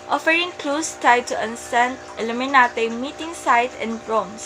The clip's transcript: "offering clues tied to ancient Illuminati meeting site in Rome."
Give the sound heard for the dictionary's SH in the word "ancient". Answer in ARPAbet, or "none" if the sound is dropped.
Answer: S